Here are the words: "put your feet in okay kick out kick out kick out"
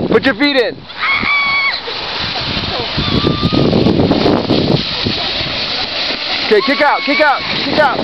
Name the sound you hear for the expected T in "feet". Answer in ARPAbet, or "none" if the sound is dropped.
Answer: T